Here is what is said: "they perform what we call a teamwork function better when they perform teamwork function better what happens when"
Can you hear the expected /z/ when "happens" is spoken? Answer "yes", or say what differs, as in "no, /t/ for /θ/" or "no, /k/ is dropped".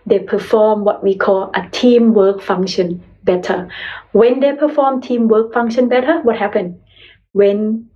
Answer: no, /z/ is dropped